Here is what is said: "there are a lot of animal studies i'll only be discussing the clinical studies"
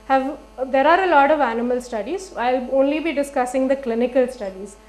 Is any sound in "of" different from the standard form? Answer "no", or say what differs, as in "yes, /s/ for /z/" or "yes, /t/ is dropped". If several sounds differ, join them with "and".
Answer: no